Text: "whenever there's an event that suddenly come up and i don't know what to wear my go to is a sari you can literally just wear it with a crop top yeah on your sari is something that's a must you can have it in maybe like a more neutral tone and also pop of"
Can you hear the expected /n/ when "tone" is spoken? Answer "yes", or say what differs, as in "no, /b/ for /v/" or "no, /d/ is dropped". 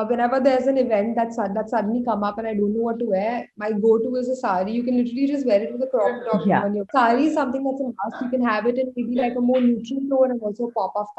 no, /n/ is dropped